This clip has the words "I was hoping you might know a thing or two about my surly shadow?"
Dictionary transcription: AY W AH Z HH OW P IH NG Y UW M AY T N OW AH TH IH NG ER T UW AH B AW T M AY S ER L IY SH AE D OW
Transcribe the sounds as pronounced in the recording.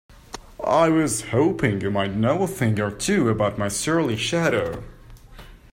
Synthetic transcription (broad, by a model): AY W AH Z HH OW P IH NG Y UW M AY T N OW AH TH IH NG ER T UW AH B AW T M AY S ER L IY SH AE D OW